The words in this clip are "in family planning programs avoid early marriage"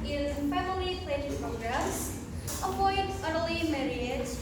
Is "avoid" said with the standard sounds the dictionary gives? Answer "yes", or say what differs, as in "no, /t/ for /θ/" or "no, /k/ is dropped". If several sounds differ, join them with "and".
no, /p/ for /v/